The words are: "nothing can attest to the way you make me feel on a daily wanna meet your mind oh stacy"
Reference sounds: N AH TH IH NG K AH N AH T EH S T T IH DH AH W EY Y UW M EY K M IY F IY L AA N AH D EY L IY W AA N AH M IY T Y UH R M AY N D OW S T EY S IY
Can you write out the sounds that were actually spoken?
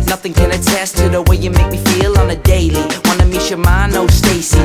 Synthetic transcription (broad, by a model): N AH TH IH NG K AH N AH T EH S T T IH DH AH W EY Y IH M EY K M IY F IY L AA N AH D EY L IY W AA N AH M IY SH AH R M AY N OW S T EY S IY